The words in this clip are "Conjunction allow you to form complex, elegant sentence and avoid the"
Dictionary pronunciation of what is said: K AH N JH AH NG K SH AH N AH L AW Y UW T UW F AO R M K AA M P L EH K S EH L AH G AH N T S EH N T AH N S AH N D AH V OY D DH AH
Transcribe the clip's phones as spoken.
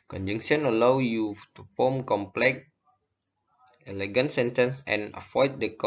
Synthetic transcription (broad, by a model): K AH N JH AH NG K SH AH N AH L AW Y UW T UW F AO M K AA M P L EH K EH L AH G AH N T S EH N T AH N S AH N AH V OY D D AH